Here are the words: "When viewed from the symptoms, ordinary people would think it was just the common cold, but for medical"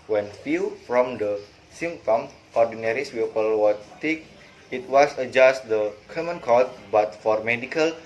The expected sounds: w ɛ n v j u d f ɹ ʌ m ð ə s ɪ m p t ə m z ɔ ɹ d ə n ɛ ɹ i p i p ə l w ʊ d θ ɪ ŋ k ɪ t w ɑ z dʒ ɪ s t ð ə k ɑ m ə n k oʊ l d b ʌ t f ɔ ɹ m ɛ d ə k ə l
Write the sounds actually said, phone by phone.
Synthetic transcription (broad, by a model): w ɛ n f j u f ɹ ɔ m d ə s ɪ m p t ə m ɔ ɹ d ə n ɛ ɹ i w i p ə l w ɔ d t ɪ k ɪ t w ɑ s dʒ ɪ s t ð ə k ɑ m ə n k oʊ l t b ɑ t f ɔ ɹ m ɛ d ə k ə l